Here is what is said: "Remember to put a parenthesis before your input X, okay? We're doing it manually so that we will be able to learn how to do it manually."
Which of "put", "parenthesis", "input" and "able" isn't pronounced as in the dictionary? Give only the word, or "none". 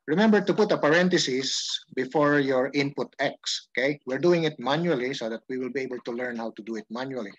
parenthesis